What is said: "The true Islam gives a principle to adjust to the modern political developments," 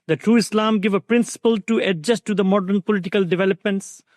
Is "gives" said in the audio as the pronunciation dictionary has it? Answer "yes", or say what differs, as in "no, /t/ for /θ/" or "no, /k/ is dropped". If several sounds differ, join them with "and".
no, /z/ is dropped